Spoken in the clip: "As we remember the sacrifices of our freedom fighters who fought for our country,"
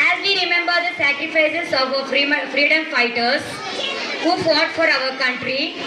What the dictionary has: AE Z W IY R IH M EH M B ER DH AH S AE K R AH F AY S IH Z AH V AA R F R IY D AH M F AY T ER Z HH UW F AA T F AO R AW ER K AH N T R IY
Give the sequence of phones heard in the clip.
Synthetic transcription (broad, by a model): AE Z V IY R IH M EH M B ER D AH S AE K R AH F AY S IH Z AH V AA R F R IY D AH M F AY T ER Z HH UW F AA T F AO R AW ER K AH N T R IY